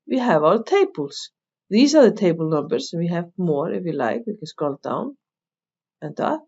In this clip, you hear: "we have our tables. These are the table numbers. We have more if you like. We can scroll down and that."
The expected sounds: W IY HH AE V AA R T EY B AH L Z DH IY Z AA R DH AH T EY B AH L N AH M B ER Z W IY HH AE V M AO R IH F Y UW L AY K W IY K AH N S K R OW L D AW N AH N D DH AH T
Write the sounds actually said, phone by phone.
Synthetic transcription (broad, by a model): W IY HH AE V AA L T EY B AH L S DH IY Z AA R DH AH T EY B AH L N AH M B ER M W IY HH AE V M AO R IH F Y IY L AY K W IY K AH N S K OW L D AW N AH N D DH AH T